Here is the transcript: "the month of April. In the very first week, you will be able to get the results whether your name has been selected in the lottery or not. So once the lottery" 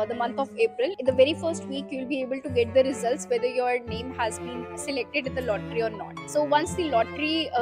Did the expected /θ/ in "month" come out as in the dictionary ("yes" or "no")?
no